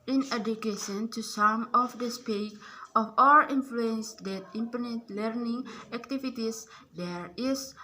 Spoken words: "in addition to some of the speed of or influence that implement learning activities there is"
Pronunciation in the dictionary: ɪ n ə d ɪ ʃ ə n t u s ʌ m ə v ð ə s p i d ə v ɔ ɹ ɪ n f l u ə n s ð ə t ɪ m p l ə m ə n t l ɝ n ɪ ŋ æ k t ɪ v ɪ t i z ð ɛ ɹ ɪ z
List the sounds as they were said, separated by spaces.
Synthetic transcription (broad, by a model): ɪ n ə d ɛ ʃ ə n t u s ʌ m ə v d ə s p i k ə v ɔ l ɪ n f l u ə n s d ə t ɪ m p ə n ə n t l ɝ n ɪ ŋ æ k t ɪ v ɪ t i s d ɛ ɹ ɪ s